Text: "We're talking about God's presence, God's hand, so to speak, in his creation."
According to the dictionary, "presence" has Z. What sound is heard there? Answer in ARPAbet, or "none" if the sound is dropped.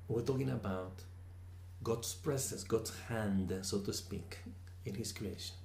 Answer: S